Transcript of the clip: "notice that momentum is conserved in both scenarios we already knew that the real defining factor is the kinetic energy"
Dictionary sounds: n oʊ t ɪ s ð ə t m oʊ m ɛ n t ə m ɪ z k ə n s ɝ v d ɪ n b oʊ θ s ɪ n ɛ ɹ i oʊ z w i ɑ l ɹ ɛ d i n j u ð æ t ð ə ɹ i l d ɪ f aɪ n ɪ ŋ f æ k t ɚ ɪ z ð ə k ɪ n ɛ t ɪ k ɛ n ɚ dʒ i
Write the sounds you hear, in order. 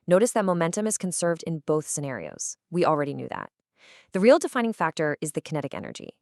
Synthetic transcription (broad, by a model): n oʊ t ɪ s ð ə t m oʊ m ɛ n t ə m ɪ z k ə n s ɝ v d ɪ n b oʊ θ s ɪ n ɛ ɹ i oʊ z w i l ɹ ɛ d i n j u ð æ t ð ə ɹ i l d ɪ f aɪ n ɪ ŋ f æ k t ɚ ɪ z ð ə k ɪ n ɛ t ɪ k ɛ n ɚ dʒ i